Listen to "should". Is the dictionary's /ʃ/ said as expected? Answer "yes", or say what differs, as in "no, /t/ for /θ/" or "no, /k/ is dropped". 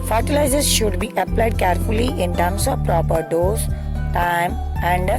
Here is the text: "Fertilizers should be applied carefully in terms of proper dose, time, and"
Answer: yes